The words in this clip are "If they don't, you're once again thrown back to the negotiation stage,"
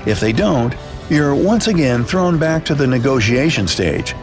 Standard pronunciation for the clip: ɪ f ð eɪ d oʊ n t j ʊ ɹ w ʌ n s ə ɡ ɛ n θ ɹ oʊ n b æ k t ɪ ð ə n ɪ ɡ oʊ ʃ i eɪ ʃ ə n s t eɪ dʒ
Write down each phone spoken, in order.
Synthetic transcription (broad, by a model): ɪ f ð eɪ d oʊ n t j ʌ ɹ w ʌ n s ə ɡ ɛ n θ ɹ oʊ n b æ k t ɪ ð ə n ɪ ɡ oʊ ʃ i eɪ ʃ ə n s t eɪ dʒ